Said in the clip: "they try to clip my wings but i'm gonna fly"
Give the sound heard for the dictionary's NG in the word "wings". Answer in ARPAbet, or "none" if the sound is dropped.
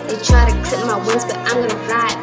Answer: none